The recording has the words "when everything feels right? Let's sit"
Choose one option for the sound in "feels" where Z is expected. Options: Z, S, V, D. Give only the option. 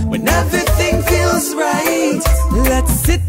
Z